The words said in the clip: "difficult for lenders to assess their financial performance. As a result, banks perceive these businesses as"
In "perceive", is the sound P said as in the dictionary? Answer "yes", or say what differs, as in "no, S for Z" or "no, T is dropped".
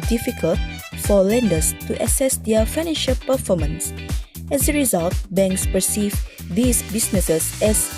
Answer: yes